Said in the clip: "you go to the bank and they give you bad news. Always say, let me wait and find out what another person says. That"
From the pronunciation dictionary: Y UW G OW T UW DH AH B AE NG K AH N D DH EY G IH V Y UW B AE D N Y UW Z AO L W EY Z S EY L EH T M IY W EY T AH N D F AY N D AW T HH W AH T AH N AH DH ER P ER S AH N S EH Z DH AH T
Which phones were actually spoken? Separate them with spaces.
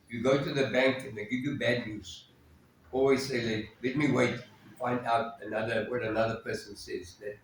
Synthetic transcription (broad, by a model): Y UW G OW T UW DH AH B AE NG K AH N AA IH G IH V Y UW B AE D N Y UW Z AO L W EY Z S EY L EH T M IY W EY T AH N F AY N D AW T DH W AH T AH N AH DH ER P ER S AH N S EH Z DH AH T